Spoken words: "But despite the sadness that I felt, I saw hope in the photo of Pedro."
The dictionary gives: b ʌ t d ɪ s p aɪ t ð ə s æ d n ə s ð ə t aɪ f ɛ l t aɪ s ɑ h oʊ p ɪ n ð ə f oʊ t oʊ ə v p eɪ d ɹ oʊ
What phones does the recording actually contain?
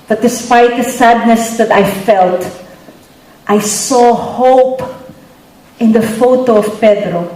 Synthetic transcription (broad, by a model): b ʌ t d ɪ s p aɪ t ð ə s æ d n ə s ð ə t aɪ f ɛ l t aɪ s ɑ h oʊ p ɪ n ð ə f oʊ t oʊ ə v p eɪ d ɹ oʊ